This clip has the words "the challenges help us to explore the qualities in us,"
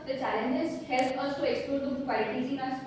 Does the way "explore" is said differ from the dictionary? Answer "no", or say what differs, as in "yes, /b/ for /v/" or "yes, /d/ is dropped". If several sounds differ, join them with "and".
yes, /l/ is dropped